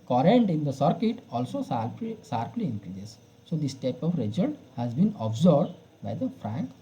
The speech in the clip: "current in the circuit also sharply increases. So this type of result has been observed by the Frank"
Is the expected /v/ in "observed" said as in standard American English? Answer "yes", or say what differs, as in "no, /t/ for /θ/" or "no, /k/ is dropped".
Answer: no, /b/ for /v/